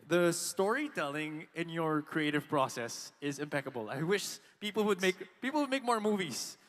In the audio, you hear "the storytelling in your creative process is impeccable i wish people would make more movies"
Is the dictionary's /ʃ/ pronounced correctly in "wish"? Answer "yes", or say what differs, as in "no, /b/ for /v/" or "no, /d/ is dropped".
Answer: yes